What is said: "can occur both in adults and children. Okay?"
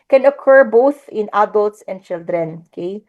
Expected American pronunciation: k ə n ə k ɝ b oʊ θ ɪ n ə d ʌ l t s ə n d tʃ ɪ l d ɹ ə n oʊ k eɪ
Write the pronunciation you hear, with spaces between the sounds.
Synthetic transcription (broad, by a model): k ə n ə k ɝ b oʊ θ ɪ n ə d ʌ l t s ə n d tʃ ɪ l d ɹ ə n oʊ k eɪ